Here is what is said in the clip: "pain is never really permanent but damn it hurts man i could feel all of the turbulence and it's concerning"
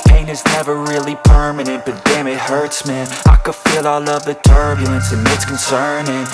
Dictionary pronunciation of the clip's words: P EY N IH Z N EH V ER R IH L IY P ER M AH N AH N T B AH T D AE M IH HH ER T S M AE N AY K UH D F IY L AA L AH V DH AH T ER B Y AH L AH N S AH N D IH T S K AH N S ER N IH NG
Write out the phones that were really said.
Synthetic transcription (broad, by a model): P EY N IH Z N EH V ER R IH L IY P ER M AH N AH N T B AH T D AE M IH HH ER T S M AE N AY K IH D F IY L AA L AH V DH AH T ER B Y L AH N S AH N IH T S K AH N S ER N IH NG